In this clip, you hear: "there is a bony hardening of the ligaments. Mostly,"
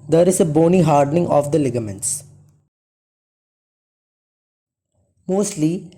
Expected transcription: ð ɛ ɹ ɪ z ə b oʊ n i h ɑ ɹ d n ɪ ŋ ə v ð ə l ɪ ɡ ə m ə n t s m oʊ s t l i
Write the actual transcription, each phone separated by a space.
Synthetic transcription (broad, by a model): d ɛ ɹ ɪ z ə b oʊ n i h ɑ ɹ d n ɪ ŋ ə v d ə l ɪ ɡ ə m ə n t s m oʊ s t l i